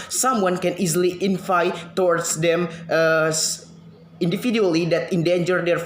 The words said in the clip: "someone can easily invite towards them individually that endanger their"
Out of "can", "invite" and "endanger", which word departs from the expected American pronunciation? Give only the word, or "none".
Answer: invite